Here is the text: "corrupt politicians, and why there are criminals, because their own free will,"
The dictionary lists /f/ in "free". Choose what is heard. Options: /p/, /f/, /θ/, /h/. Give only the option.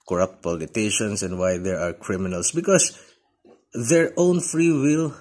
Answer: /f/